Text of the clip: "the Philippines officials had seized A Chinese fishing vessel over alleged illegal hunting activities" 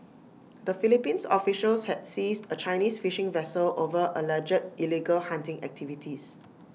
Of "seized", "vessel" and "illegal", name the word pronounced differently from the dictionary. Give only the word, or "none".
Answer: seized